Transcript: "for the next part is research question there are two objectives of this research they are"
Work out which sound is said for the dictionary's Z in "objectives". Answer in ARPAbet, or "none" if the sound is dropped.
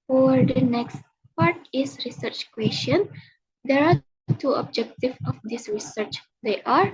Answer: none